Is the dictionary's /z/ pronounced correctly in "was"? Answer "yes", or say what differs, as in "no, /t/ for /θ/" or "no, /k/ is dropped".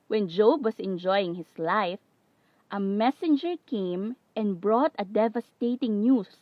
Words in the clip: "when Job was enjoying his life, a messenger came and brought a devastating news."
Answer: no, /s/ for /z/